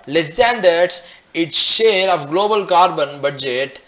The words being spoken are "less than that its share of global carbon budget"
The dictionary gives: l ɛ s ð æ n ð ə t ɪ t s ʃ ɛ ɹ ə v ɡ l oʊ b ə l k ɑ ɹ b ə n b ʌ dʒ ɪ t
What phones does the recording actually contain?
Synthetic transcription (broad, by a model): l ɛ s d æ n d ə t ɪ t s ʃ ɛ ɹ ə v ɡ l oʊ b ə l k ɑ ɹ b ə n b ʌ dʒ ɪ t